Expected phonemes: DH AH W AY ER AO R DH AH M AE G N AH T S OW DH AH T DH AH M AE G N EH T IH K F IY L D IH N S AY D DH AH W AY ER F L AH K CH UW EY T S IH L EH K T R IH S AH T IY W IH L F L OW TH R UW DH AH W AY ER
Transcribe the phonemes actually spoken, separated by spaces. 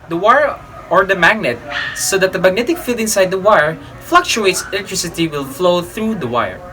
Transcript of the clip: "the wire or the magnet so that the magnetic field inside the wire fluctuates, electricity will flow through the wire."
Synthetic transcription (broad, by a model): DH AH W AY ER AO R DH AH M AE G N AH T S OW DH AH T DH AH M AE G N EH T IH K F IY L D IH N S AY D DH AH W AY ER F L AH K CH UW EY T S IH L EH K T R IH S AH T IY W IH L F L OW TH R UW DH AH W AY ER